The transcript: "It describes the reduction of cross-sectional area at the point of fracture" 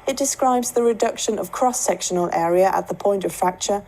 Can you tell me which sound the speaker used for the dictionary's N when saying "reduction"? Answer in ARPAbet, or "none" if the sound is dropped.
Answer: N